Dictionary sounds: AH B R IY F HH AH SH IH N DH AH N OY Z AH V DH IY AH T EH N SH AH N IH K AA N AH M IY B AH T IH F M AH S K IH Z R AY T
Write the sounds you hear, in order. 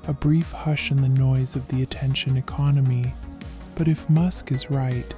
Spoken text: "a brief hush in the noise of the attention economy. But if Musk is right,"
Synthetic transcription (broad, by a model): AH B R IY F HH AH SH IH N DH AH N OY Z AH V DH IY AH T EH N SH AH N IH K AA N AH M IY B AH T IH F M AH S K IH Z R AY T